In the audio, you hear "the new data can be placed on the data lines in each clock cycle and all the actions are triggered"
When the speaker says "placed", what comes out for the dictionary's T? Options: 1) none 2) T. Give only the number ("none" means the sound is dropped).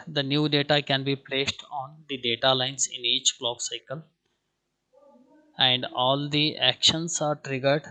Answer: 2